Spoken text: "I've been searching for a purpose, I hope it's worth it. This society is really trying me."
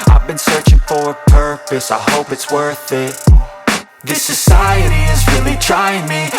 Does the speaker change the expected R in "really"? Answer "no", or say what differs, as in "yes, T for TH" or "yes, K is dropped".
no